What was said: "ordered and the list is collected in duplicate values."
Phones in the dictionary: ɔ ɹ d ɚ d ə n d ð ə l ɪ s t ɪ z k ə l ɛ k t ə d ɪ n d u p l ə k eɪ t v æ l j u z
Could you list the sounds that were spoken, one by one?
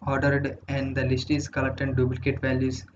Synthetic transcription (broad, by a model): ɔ ɹ d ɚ d ə n d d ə l ɪ s t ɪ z k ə l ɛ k t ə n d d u b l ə k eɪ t v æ l j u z